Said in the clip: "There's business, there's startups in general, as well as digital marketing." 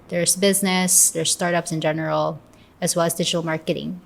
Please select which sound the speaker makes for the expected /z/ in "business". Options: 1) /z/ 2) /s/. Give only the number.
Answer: 1